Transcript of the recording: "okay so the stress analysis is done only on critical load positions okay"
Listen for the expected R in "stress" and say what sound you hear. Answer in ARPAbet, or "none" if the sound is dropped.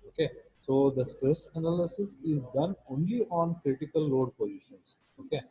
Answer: R